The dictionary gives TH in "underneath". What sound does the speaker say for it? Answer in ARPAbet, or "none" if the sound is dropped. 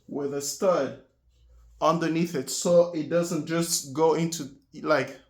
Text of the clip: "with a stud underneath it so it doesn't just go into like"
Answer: TH